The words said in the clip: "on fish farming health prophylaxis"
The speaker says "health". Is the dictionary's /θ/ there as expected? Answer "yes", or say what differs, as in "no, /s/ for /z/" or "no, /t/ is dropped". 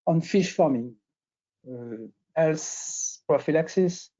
no, /s/ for /θ/